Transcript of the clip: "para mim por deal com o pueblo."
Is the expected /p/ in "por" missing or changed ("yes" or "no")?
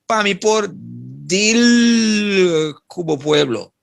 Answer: no